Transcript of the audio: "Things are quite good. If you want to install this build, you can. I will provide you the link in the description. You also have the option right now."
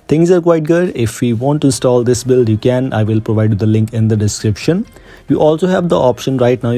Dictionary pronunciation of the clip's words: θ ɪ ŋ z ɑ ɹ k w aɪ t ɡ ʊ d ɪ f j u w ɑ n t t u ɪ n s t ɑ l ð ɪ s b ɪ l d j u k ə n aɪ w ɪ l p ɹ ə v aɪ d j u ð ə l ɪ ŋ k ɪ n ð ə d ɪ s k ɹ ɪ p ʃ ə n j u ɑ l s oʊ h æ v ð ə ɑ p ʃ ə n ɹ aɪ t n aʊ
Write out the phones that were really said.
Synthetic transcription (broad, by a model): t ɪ ŋ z ɑ ɹ k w aɪ t ɡ ʊ d ɪ f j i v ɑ n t t u ɪ n s t ɑ l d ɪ s b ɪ l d j u k ə n aɪ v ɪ l p ɹ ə v aɪ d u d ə l ɪ ŋ k ɪ n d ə d ɪ s k ɹ ɪ p ʃ ə n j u ɑ l s oʊ h æ v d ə ɑ p ʃ ə n ɹ aɪ t n aʊ